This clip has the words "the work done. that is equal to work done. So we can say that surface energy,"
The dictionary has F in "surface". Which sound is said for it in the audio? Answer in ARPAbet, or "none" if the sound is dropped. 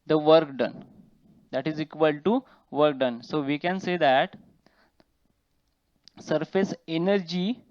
F